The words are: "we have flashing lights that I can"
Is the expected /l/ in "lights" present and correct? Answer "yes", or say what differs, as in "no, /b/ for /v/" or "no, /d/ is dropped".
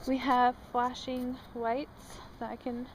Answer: no, /w/ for /l/